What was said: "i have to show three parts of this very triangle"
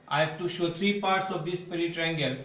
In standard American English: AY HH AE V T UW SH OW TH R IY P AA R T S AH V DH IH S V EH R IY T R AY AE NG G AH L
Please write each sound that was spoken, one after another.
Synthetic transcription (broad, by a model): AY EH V T UW SH OW T R IY P AA R T S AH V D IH S P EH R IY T R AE NG G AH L